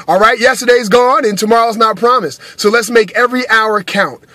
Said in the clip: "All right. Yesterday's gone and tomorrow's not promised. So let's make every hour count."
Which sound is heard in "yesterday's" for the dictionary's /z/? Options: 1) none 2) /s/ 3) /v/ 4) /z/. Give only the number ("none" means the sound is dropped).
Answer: 4